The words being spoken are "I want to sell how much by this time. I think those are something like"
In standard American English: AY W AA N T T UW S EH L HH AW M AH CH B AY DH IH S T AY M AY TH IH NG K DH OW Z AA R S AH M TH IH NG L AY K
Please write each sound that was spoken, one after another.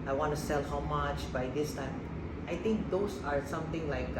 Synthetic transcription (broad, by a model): AY W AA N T T UW S EH L HH AW M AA CH B AY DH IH S T AY M AY T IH NG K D OW S AA R S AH M T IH NG L AY K